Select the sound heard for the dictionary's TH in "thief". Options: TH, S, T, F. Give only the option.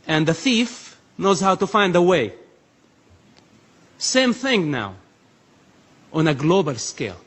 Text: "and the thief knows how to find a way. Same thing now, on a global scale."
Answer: TH